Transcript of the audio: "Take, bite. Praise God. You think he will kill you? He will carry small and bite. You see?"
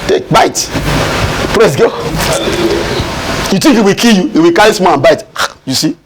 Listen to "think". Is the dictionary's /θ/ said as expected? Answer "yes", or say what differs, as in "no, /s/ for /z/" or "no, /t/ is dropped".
no, /t/ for /θ/